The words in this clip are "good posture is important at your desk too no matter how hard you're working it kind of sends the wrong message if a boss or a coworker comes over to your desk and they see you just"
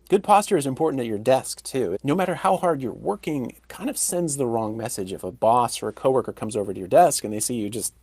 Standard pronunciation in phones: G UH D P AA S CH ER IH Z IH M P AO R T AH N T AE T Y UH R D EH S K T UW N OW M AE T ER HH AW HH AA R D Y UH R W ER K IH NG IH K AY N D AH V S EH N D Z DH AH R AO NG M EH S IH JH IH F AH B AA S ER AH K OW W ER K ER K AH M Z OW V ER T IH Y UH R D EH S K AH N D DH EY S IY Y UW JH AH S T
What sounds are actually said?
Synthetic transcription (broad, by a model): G UH D P AA S CH ER IH Z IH M P AO R T N T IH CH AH R D EH S K T UW N OW M AE T ER HH AW HH AA R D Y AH R W ER K IH NG IH K AY N D AH V S EH N D Z DH AH R AO NG M EH S IH JH IH F AH B AA S ER AH K OW W ER K ER K AH M Z OW V ER T IH Y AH R D EH S K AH N DH EY S IY Y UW JH AH S T